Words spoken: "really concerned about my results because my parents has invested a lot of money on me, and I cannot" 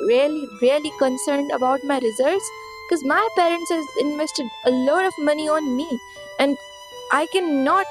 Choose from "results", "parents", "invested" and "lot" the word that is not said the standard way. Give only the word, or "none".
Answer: results